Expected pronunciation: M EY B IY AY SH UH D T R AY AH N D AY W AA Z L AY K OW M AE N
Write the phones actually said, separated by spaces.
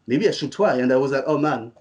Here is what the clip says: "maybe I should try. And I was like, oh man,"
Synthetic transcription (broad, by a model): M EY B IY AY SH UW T W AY AH N D AY W AA Z L AY K OW M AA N